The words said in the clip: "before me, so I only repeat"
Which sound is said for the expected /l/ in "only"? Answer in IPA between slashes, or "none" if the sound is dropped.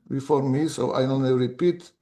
none